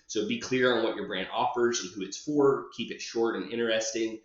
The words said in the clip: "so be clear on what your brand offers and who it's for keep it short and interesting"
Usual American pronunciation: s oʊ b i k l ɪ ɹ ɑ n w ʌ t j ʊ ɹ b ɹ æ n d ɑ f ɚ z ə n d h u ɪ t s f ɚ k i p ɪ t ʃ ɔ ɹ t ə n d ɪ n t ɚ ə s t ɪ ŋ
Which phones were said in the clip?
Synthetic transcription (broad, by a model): s oʊ b i k l ɪ ɹ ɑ n w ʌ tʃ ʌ ɹ b ɹ æ n d ɑ f ɚ z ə n h u ɪ t s f ɚ k i p ɪ t ʃ ɔ ɹ t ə n ɪ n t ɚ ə s t ɪ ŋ